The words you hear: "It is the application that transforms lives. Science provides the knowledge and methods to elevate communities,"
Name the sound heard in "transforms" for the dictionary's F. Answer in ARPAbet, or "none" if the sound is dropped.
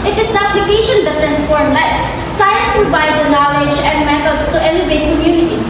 P